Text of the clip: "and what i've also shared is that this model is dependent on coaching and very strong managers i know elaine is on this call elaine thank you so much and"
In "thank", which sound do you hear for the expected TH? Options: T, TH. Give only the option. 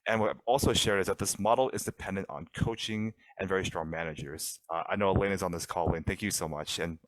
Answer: TH